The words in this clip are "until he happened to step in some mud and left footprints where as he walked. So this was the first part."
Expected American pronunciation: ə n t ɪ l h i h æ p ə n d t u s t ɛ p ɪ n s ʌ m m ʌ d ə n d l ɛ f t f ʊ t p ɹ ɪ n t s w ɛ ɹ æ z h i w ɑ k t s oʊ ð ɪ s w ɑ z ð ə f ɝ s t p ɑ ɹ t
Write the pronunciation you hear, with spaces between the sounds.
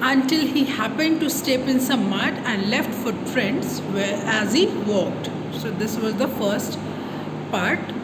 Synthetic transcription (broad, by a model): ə n t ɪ l h i h æ p ə n d t u s t ɛ p ɪ n s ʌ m m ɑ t ə n d l ɛ f t f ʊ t f ɹ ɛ n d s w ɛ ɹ æ z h i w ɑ k t s oʊ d ɪ s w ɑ z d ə f ɝ s t p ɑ ɹ t